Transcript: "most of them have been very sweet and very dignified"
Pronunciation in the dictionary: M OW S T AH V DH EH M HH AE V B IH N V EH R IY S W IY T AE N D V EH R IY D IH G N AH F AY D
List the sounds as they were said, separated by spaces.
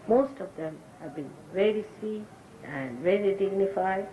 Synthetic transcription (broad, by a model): M OW S T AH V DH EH M HH AE V B IH N V EH R IY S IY AE N D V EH R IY D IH G N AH F AY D